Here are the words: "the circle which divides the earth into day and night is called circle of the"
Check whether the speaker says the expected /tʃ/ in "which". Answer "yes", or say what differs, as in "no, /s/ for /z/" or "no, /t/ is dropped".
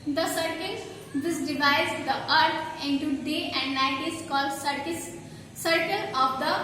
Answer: no, /s/ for /tʃ/